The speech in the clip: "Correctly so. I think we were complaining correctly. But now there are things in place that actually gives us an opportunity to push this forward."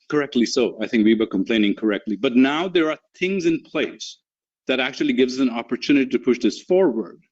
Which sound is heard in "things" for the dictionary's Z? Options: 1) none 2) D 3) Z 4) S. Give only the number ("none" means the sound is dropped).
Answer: 3